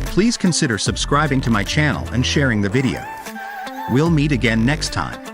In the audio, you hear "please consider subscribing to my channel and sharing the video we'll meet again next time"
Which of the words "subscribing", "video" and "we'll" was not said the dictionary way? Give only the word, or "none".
none